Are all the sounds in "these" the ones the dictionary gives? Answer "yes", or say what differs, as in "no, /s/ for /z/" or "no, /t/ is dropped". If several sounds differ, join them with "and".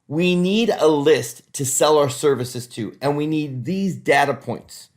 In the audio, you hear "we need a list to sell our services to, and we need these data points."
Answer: yes